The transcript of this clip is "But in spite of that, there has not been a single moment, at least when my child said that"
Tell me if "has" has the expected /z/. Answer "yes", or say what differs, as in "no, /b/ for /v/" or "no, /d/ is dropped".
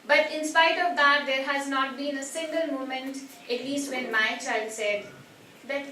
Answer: yes